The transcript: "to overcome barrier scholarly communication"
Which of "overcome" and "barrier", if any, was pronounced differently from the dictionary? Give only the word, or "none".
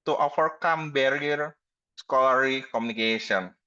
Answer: overcome